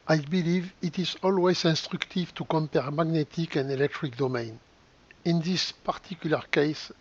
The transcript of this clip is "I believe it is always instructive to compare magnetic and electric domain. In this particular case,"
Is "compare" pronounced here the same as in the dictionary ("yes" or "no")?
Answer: yes